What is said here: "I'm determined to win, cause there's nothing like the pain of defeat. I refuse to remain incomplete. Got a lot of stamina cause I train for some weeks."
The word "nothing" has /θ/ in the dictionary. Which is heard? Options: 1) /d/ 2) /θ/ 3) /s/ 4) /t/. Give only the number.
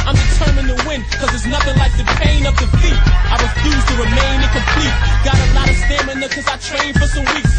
2